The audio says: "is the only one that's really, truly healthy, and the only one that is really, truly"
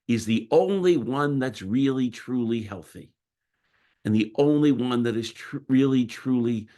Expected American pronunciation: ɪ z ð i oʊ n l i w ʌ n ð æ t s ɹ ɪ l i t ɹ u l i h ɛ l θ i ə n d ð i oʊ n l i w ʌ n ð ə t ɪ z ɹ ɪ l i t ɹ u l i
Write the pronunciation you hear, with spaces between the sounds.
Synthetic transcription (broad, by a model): ɪ z ð i oʊ n l i w ʌ n ð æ t s ɹ ɪ l i t ɹ u l i h ɛ l θ i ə n ð i oʊ n l i w ʌ n ð ə t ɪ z ɹ ɪ l i t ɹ u l i